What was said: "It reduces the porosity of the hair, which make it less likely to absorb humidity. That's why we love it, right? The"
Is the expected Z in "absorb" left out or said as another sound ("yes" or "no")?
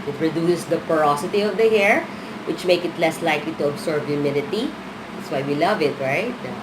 yes